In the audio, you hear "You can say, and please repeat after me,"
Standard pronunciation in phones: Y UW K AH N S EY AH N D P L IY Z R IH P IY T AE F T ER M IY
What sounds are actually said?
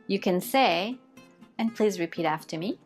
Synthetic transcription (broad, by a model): Y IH K AH N S EY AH N P L IY Z R IH P IY T AE F T ER M IY